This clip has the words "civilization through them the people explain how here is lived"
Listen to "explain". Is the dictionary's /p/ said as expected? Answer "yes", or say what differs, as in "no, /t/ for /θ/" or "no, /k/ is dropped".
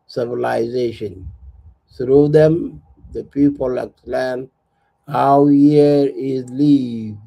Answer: no, /p/ is dropped